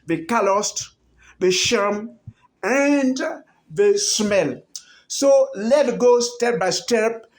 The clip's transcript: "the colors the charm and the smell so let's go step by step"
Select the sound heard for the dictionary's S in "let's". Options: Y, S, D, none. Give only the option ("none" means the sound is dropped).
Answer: none